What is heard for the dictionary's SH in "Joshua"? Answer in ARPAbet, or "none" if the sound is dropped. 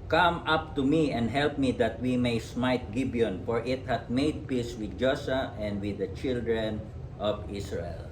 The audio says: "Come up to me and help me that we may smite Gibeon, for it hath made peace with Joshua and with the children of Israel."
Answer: S